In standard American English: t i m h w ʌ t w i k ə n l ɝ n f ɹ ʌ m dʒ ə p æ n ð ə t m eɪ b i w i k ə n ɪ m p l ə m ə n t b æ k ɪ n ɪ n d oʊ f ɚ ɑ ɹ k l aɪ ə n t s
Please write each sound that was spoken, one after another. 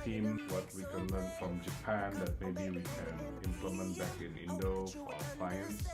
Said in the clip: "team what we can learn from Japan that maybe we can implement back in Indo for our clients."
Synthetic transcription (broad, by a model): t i m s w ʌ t w i k ə n l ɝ n f ɹ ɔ m dʒ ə p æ n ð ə t m eɪ b i w i k ə n ɪ m p l ə m ə n t b æ k ɪ n ɪ n d oʊ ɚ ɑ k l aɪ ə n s